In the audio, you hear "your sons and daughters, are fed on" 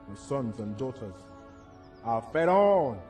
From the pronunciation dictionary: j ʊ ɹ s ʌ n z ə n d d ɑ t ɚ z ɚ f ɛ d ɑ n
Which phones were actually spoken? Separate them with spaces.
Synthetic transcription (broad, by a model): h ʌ s ʌ n z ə n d d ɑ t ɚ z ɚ f ɛ d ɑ n